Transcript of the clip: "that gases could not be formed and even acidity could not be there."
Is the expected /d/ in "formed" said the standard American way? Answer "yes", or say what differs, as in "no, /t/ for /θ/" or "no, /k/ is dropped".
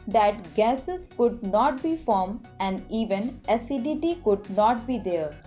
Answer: no, /d/ is dropped